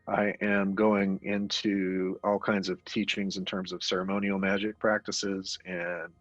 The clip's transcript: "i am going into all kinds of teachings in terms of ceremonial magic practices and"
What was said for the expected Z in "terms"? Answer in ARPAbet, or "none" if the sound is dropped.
Z